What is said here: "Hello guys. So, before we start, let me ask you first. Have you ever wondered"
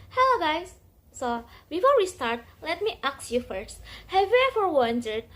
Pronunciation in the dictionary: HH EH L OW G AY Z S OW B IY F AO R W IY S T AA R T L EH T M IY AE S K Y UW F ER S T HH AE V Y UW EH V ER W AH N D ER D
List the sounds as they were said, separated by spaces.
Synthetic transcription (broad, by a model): HH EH L OW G AY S S OW B IY F AO R W IY S T AA R T L EH T M IY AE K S Y UW F ER S T HH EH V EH F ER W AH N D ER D